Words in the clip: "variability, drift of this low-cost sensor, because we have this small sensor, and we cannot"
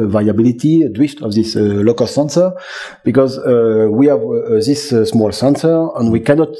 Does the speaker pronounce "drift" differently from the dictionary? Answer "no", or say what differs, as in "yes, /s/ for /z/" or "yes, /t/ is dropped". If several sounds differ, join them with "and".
yes, /w/ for /ɹ/